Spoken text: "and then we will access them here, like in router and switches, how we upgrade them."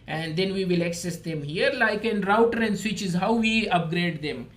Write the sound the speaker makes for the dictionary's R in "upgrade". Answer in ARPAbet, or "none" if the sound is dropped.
R